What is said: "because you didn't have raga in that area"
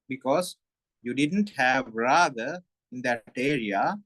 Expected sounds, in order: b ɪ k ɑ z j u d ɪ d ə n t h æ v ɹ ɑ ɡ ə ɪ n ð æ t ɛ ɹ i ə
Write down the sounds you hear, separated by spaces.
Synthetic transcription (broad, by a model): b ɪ k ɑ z j u d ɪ d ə n t h æ v ɹ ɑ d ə ɪ n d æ t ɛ ɹ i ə